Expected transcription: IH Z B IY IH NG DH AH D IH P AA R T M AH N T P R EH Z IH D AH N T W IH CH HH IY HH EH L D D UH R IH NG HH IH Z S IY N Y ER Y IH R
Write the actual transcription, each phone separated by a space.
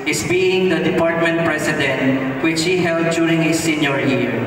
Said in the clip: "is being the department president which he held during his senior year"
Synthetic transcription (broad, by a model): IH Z B IY IH NG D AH D IH P AA R T M AH N T P R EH S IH D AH N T W IH CH HH IY HH EH L D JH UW R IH NG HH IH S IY N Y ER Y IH R